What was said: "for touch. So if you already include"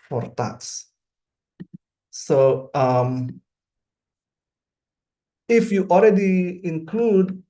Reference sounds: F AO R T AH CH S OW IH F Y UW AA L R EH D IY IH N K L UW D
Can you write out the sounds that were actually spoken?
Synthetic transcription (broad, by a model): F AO R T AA S S OW IH F Y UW AA L R EH D IY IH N K L UW D